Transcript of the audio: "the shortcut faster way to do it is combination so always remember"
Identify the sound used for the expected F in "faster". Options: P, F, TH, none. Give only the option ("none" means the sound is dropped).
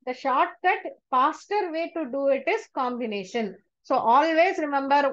P